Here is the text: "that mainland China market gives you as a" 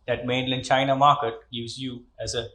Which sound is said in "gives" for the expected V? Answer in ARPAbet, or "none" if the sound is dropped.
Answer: none